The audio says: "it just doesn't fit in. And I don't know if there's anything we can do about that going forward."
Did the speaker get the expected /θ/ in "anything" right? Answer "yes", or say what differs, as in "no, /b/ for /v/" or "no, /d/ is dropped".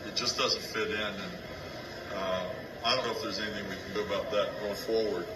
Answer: yes